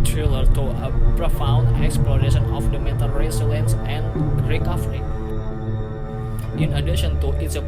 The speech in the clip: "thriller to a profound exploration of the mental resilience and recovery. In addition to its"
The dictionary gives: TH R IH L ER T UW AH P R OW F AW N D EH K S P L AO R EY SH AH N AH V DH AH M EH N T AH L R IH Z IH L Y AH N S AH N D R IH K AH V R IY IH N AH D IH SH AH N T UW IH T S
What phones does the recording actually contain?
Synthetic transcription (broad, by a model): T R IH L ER T UW AH P R OW F AW N D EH K S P L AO R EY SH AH N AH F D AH M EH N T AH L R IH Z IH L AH N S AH N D R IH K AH F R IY IH N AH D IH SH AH N T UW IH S